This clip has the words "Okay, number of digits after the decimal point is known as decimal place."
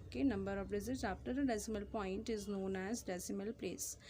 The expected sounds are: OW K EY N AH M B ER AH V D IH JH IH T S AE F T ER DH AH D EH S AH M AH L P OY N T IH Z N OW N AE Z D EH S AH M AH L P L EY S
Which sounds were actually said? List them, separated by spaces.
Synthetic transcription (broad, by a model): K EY N AH M B ER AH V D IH Z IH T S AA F T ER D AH D EH S AH M AH L P OY N T IH Z N OW N AE Z D EH S AH M AH L P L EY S